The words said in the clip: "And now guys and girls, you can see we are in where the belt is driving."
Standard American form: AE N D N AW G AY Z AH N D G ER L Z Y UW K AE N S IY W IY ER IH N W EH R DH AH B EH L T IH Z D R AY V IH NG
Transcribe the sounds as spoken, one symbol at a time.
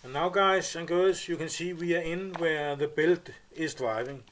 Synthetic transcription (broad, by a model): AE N N AW G AY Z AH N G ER Z Y UW K AE N S IY W IY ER IH N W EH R DH AH B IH L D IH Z D R AY V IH NG